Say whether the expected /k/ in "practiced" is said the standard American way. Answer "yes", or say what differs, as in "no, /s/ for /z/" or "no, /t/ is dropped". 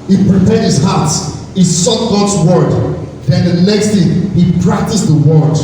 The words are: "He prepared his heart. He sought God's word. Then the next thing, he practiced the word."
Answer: yes